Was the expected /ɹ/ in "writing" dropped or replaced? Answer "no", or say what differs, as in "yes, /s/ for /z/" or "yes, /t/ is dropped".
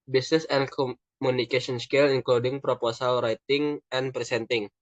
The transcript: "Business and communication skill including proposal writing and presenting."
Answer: no